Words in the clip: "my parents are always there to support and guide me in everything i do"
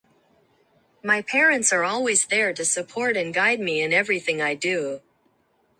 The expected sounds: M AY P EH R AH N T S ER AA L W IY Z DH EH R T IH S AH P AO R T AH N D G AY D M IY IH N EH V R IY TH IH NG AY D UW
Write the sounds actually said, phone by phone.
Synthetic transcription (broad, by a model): M AY P EH R AH N T S ER AA L W IY Z DH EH R T IH S AH P AO R T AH N G AY D M IY IH N EH V R IY TH IH NG AY D UW